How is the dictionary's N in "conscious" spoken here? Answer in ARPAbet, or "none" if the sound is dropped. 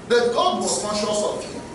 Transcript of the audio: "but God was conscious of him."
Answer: none